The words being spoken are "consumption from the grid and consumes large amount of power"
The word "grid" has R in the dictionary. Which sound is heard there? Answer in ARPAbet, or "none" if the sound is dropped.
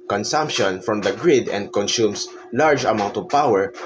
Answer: R